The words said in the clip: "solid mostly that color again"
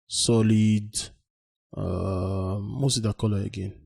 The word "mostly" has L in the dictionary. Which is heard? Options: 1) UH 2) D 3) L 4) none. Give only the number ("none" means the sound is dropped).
4